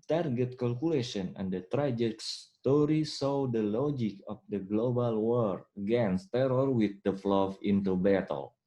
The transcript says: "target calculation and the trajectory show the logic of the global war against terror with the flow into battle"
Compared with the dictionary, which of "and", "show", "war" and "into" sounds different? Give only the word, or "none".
show